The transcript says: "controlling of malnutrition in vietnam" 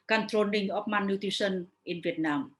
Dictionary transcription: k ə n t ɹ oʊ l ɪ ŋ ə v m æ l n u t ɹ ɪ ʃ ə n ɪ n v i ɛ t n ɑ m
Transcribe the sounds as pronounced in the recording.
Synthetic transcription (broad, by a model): k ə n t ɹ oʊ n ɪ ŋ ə p m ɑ n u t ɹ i s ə n ɪ n v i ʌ t n ɑ m